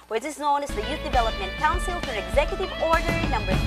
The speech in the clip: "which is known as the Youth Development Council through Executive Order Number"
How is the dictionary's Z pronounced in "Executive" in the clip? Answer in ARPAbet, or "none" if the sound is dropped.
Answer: Z